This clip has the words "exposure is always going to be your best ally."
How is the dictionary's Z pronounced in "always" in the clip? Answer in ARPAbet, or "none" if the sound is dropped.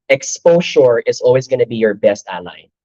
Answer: Z